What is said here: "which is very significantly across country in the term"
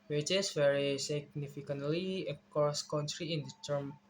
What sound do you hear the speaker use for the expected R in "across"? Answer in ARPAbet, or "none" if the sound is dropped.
none